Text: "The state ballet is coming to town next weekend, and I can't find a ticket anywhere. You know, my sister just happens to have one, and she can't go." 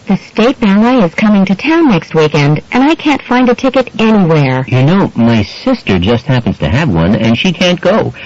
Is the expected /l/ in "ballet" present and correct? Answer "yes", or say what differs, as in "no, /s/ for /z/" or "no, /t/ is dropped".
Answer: no, /n/ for /l/